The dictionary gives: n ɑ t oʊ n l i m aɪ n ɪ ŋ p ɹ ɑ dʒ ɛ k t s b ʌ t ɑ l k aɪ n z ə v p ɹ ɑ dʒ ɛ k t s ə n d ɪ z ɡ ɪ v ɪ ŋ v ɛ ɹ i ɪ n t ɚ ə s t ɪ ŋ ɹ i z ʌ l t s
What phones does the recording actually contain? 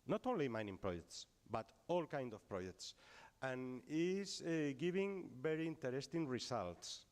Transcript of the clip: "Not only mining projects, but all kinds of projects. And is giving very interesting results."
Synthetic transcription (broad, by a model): n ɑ t oʊ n l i m aɪ n ɪ ŋ p ɹ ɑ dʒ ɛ k t s b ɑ t ɑ l k aɪ n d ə f p ɹ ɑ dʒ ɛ k t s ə n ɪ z ɡ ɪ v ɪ ŋ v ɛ ɹ i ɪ n t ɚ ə s t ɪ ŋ ɹ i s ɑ l t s